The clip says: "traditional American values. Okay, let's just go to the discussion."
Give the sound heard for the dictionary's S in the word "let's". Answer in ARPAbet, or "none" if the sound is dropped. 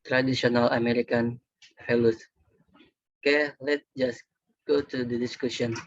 none